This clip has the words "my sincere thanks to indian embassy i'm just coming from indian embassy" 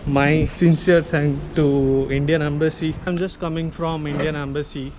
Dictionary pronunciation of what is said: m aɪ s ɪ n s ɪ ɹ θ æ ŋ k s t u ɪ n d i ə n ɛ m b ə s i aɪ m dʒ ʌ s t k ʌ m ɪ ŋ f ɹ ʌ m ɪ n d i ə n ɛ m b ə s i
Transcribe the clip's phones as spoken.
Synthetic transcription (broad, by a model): m aɪ s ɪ n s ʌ ɹ t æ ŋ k t u ɪ n d i ə n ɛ m b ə s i aɪ m dʒ ʌ s t k ʌ m ɪ ŋ f ɹ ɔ m ɪ n d i ə n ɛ m b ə s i